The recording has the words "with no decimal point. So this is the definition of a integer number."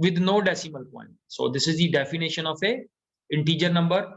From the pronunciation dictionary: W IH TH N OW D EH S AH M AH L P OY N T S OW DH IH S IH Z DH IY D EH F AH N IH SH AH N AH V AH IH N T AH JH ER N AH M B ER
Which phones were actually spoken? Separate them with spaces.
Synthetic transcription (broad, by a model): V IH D N OW D EH S AH M AH L P OY N T S OW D IH S IH Z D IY D EH F AH N IH SH AH N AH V AH IH N T AH JH ER N AH M B ER